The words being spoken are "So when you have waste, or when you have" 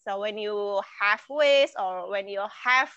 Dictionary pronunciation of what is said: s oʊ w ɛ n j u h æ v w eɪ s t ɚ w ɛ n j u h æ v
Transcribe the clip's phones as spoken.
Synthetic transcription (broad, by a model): s oʊ w ɛ n j u h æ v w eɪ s ɔ w ɛ n j u h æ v